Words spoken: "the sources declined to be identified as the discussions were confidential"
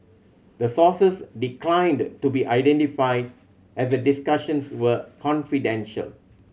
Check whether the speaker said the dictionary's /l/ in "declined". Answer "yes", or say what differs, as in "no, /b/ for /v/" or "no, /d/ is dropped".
yes